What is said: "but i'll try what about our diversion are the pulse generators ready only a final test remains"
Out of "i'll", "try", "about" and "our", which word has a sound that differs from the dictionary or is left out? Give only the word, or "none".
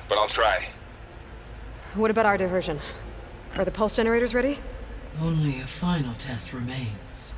none